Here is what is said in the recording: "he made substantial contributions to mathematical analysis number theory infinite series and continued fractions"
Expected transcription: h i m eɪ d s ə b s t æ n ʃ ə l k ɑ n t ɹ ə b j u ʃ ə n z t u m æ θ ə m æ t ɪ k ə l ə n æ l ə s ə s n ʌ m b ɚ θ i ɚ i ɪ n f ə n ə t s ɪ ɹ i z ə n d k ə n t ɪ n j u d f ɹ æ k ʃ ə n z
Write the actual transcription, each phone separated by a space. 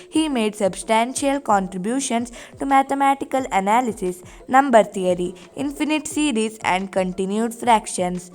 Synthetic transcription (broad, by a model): h i m eɪ d s ə b s t æ n ʃ ə l k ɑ n t ɹ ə b j u ʃ ə n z t u m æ t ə m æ t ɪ k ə l ə n æ l ə s ə s n ʌ m b ɚ t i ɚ i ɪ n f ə n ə t s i ɹ i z ə n d k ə n t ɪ n j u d f ɹ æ k ʃ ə n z